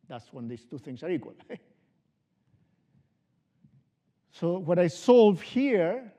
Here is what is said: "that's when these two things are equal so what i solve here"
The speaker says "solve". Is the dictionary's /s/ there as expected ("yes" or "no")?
yes